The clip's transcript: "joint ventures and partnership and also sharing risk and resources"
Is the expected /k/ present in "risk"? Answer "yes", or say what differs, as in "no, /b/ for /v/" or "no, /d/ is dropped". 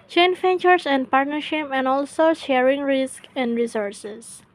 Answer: yes